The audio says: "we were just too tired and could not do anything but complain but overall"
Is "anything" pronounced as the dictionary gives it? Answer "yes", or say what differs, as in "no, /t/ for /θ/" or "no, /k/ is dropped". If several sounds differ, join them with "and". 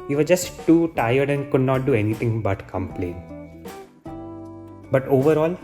no, /t/ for /θ/